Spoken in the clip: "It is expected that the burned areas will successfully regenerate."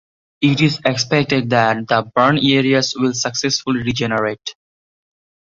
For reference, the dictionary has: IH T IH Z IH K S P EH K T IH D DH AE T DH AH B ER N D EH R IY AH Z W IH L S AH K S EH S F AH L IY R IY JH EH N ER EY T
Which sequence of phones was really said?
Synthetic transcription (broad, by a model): IH T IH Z IH K S P EH K T IH D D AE T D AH B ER N EH R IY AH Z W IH L S AH K S EH S F AH L IY R IY JH EH N ER EY T